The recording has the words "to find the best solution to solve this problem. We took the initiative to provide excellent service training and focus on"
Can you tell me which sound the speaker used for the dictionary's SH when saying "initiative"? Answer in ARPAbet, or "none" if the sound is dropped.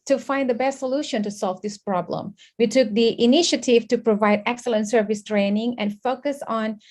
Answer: SH